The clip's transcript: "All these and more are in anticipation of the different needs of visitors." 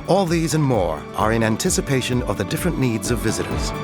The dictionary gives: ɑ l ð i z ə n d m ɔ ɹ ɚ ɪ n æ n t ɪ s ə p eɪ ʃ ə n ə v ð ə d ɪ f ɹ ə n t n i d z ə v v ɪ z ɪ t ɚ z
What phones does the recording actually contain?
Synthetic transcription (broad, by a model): ɑ l ð i z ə n m ɔ ɹ ɚ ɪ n æ n t ɪ s ə p eɪ ʃ ə n ə v ð ə d ɪ f ɹ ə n n i d z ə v v ɪ z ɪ t ɚ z